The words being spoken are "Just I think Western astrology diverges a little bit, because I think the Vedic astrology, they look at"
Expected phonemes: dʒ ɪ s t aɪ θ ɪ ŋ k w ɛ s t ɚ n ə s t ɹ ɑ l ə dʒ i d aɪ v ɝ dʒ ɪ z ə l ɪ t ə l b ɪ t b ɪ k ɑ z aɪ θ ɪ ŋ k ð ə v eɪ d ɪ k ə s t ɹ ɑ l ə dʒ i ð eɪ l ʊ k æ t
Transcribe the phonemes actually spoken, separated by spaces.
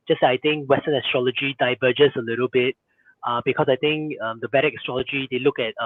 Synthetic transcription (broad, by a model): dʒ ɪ s aɪ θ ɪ ŋ k w ɛ s t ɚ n ə s t ɹ ɑ l ə dʒ i d aɪ v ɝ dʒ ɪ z ə l ɪ t ə l b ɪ t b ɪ k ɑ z aɪ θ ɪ ŋ k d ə b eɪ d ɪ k s t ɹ ɑ l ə dʒ i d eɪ l ʊ k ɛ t